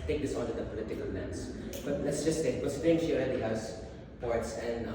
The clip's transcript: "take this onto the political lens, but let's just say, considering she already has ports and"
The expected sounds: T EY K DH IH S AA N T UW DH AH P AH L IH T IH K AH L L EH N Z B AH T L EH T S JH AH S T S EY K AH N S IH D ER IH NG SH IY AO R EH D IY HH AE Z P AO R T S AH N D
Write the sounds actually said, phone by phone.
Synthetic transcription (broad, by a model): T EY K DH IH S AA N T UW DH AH P AH L IH T IH K AH L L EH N S B AH T L EH T S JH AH S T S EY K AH S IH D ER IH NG SH IY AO L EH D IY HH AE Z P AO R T S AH N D